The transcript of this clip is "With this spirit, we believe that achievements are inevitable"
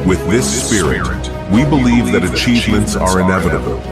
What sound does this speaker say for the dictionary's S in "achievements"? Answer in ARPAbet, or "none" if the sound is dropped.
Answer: S